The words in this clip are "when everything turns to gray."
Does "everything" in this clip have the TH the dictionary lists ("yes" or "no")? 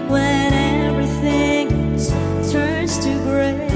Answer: yes